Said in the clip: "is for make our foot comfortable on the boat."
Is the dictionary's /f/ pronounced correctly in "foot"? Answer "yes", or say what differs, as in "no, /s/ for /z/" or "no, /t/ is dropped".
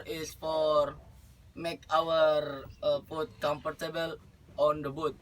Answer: no, /p/ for /f/